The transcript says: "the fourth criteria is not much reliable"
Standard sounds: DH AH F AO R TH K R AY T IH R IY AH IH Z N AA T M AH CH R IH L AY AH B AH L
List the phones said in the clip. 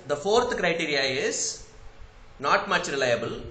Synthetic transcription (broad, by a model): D AH F AO R T K R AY T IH R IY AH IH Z N AA T M AH CH R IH L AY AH B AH L